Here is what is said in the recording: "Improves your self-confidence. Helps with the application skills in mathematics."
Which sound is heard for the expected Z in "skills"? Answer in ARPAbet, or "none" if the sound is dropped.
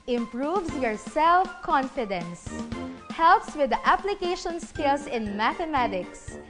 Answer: S